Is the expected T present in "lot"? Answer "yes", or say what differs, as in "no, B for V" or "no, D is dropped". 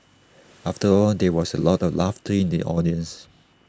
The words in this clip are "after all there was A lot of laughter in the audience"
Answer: yes